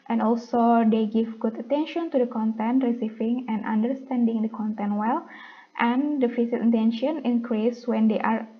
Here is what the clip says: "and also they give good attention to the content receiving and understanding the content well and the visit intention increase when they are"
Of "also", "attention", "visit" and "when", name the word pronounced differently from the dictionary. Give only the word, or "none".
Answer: visit